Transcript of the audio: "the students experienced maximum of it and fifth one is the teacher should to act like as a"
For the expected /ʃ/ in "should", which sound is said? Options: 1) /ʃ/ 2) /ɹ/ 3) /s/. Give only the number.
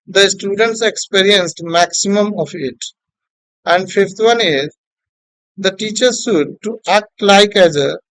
3